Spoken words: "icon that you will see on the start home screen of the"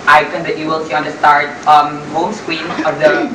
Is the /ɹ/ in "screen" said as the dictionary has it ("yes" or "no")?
no